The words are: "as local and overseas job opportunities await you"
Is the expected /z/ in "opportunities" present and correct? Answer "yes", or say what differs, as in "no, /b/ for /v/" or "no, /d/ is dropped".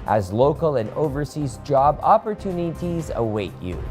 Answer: yes